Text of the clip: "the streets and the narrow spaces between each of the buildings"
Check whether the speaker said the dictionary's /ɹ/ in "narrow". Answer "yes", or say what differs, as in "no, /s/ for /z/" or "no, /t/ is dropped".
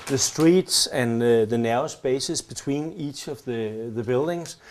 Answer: no, /ɹ/ is dropped